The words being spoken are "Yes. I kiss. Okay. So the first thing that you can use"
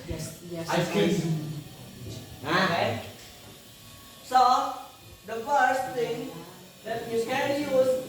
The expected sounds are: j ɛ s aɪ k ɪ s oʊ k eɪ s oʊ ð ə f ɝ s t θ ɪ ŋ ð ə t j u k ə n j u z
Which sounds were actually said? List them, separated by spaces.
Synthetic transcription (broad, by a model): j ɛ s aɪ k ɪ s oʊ eɪ s oʊ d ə f ɝ s t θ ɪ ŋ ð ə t j u k ə n j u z